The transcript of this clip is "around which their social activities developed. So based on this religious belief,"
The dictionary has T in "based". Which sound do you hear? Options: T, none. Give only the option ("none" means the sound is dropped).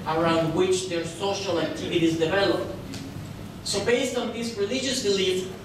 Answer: T